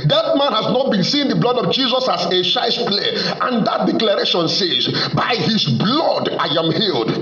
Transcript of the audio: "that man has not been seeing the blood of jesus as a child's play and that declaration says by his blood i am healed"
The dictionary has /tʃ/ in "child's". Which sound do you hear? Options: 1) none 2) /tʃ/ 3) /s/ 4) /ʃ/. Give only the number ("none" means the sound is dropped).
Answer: 4